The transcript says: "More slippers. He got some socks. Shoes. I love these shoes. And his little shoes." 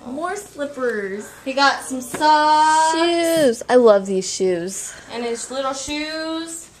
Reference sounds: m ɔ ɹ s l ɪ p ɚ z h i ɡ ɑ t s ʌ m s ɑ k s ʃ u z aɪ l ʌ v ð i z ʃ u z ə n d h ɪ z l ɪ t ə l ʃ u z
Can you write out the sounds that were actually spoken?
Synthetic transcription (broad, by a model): m ɔ ɹ s l ɪ p ɚ z h i ɡ ɑ t s ʌ m s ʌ ʃ u z aɪ l ʌ v ð i z ʃ u z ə n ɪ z l ɪ t l ʃ u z